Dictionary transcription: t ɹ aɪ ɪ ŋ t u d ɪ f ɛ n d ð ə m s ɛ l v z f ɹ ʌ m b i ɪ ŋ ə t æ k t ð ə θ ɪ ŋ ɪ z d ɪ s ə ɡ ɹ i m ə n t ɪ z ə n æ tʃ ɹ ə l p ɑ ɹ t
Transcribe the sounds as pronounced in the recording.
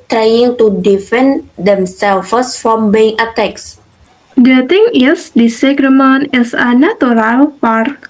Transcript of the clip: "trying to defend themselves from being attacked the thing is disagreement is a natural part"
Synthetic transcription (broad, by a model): t ɹ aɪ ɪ ŋ t u d ɪ f ɛ n d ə m s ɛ l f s f ɹ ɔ m b i ɪ ŋ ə t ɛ k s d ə t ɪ ŋ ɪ s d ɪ s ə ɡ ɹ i m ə n ɪ s ə n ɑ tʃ ɹ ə l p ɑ ɹ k